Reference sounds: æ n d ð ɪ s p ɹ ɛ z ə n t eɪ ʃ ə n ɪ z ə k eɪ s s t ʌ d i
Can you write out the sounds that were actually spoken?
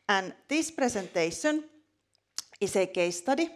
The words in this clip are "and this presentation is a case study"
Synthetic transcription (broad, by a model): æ n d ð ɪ s p ɹ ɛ s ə n t eɪ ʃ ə n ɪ s ə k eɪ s s t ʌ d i